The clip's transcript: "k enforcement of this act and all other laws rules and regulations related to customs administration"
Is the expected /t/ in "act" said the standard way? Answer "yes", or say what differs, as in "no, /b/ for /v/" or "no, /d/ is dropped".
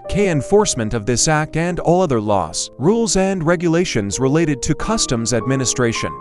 yes